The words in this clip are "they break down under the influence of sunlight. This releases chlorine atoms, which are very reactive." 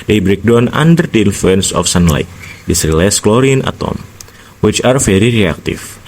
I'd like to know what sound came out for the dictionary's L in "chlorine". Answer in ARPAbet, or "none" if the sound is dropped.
L